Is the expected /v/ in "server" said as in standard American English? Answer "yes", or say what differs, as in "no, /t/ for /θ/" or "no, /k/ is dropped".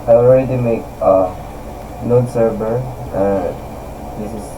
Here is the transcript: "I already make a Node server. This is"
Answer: no, /b/ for /v/